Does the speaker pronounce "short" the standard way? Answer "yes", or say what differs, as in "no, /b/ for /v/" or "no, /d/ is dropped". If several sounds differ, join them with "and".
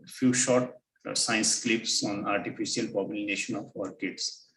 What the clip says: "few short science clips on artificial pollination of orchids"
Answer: yes